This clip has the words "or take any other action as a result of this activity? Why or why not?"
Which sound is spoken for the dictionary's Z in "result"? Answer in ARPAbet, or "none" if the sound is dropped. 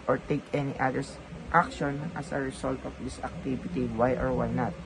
S